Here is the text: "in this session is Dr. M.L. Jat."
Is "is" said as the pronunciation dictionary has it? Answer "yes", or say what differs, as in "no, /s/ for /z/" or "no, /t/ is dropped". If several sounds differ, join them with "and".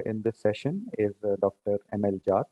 yes